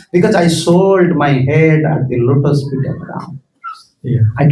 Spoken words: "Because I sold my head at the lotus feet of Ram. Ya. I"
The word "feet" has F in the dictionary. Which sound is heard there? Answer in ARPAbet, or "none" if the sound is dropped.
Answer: P